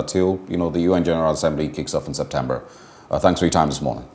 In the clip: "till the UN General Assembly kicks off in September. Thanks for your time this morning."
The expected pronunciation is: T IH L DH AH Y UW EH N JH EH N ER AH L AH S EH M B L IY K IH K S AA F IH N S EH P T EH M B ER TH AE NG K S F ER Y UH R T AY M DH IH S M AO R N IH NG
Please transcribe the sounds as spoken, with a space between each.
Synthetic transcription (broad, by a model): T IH L DH AH Y UW EH N JH EH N ER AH L AH S EH M B L IY K IH K S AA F N S EH P T EH M B ER TH AE NG K S F ER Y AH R T AY M DH IH S M AO R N IH NG